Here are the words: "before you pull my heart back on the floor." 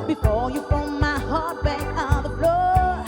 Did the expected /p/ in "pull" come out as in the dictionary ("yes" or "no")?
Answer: no